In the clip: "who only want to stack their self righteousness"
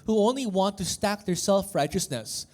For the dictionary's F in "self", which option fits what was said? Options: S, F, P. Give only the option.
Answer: F